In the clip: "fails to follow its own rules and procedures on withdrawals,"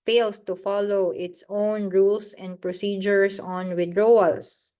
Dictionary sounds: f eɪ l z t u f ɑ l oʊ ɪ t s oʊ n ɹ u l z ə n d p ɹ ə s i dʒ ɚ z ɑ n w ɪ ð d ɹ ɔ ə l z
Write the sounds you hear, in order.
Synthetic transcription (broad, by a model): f eɪ l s t u f ɑ l oʊ ɪ t s oʊ n ɹ u l s ə n d p ɹ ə s i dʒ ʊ s ɑ n w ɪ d ɹ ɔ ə l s